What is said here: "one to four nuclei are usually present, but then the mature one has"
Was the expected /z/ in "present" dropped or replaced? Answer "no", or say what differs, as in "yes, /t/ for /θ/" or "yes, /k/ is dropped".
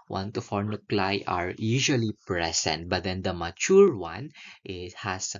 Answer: yes, /s/ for /z/